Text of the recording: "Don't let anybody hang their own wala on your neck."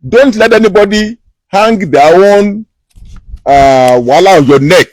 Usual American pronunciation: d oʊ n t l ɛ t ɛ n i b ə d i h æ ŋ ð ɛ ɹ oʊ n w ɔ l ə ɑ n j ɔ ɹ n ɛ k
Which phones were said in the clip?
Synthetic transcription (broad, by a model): d oʊ n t l ɛ t ɛ n i b ə d i h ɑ ŋ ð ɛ w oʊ n w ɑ l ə ɑ n j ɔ n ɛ k